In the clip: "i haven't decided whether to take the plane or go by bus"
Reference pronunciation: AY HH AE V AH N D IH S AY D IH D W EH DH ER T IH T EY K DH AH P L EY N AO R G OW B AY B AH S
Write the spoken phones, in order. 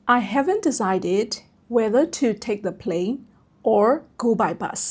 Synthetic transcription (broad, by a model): AY HH AE V AH N D IH S AY D IH D W EH DH ER T IH T EY K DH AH P L EY N AO R G OW B AY B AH S